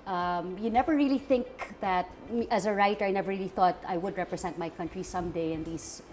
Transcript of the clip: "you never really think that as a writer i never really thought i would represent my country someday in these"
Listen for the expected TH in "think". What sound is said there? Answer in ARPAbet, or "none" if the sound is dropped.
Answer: TH